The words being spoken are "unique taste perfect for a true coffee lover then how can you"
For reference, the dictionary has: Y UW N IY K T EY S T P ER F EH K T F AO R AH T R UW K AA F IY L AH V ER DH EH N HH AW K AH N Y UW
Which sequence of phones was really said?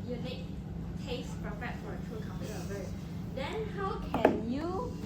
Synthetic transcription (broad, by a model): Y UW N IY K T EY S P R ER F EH T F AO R AH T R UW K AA P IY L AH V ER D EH N HH AW K AH N Y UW